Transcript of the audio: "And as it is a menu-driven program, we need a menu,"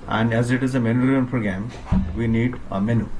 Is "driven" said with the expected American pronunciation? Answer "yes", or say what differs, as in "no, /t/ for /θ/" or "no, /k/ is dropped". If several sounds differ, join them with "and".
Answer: no, /v/ is dropped